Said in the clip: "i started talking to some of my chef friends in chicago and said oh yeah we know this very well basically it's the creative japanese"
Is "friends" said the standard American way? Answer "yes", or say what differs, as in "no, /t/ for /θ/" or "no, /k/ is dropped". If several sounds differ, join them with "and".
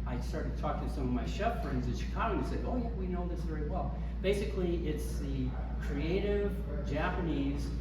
yes